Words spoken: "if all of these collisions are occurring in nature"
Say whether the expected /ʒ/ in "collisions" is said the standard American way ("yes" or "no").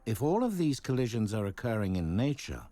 yes